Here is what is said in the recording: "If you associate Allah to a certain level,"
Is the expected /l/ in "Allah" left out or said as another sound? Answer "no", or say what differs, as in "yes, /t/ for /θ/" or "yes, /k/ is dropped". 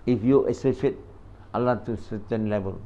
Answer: no